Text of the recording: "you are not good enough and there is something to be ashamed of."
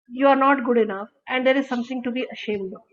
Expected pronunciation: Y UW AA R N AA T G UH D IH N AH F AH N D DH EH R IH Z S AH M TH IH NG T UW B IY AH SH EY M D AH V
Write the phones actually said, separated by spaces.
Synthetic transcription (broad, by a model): Y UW AA R N AA T G UH D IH N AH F AH N D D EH R IH Z S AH M T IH NG T UW B IY AH SH EY M D